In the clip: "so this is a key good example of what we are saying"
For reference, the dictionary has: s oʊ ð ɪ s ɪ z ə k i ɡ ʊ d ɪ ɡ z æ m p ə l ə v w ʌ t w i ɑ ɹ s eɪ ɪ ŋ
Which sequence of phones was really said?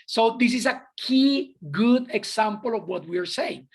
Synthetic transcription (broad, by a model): s oʊ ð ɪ s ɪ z ə k i ɡ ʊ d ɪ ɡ s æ m p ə l ə v w ʌ t w i ɑ ɹ s eɪ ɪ ŋ